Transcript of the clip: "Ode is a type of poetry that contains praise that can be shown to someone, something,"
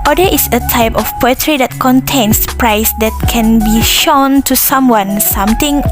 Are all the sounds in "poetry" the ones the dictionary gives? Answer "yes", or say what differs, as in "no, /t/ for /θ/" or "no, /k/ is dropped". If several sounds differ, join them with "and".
yes